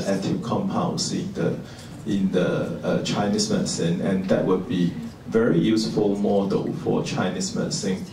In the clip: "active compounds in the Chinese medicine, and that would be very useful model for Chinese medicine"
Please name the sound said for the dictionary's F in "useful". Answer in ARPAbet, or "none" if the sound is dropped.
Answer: F